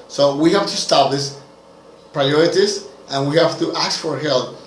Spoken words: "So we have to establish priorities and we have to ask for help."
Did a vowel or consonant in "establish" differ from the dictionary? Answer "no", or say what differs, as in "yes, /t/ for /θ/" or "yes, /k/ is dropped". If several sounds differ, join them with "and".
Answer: yes, /s/ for /ʃ/